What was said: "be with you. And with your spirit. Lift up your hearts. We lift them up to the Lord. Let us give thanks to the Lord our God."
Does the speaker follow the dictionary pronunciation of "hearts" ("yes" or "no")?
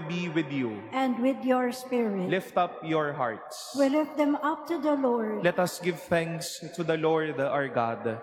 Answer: yes